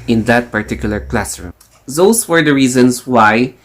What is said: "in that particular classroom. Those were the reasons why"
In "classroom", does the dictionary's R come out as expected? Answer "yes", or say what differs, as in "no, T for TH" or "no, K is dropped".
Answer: yes